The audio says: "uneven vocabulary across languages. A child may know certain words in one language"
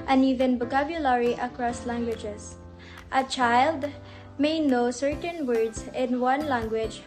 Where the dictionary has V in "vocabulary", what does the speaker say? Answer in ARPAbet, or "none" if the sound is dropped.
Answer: B